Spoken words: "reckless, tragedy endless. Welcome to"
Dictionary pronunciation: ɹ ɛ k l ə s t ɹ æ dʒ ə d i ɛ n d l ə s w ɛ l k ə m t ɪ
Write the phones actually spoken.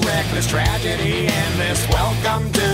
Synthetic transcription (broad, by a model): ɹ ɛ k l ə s t ɹ æ dʒ ə d i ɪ n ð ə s w ɛ l k ə m t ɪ